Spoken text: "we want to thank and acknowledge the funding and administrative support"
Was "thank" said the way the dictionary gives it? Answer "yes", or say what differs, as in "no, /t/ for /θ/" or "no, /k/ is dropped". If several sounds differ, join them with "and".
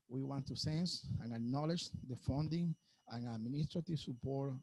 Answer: no, /s/ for /θ/